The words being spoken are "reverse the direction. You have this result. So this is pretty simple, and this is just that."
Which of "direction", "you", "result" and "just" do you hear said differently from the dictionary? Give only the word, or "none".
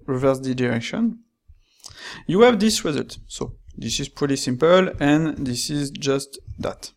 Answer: none